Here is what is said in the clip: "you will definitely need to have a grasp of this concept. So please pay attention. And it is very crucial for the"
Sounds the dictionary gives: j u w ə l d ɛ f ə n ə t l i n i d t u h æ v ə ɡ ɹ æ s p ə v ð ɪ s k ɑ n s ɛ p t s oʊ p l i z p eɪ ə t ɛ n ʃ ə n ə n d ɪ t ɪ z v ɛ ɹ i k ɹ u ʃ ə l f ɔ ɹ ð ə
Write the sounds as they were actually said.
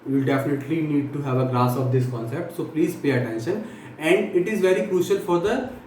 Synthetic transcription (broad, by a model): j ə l d ɛ f ə n ə t l i n i d t u h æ v ə ɡ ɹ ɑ s ə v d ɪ s k ɑ n s ɛ p t s oʊ p l i z p eɪ ə t ɛ n ʃ ə n ə n d ɪ t ɪ z v ɛ ɹ i k ɹ u ʃ ə l f ɔ ɹ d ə